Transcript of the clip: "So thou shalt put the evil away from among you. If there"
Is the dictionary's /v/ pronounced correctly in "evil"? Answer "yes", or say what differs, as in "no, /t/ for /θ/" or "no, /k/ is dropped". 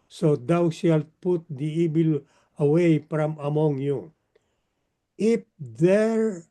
no, /b/ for /v/